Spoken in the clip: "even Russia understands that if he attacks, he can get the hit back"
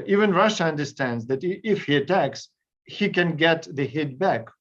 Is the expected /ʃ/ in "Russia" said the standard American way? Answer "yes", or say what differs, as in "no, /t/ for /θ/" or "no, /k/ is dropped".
yes